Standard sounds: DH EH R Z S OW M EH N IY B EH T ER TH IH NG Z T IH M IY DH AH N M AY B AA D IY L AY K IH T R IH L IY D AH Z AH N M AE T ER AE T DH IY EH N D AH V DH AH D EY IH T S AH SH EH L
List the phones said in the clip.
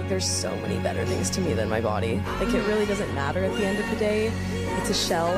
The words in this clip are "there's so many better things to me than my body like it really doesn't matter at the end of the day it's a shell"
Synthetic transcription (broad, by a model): DH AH R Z S OW M EH N IY B EH T ER TH IH NG Z T IH M IY DH AH N M AY B AA D IY L AY K IH T R IH L IY D AH Z AH N M AE T ER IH T DH IY EH N D AH V DH AH D EY IH T S AH SH EH L